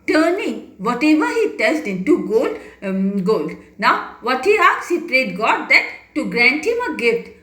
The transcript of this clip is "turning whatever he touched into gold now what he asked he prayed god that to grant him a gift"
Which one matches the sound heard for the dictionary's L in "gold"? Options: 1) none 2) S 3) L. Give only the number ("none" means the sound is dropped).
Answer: 3